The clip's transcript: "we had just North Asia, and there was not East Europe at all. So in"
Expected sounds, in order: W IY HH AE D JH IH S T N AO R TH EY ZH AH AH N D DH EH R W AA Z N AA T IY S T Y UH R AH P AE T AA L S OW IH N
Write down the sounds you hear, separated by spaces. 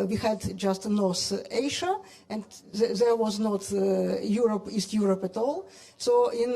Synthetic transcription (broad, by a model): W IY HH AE D JH IH S T N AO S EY SH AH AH N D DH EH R W AA Z N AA T IY S T Y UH R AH P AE T AA L S OW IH N